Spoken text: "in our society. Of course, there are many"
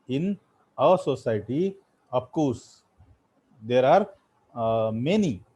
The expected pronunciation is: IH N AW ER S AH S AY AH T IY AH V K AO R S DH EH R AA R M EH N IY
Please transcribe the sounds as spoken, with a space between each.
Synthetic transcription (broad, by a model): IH N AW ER S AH S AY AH T IY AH P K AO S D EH R AA R M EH N IY